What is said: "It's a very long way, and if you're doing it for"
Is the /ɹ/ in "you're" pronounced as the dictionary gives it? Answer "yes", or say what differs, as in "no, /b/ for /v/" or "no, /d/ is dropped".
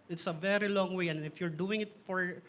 yes